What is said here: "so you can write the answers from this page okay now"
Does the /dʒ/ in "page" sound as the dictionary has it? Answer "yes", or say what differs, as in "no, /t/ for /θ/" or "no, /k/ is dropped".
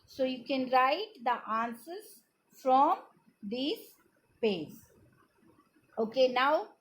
no, /z/ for /dʒ/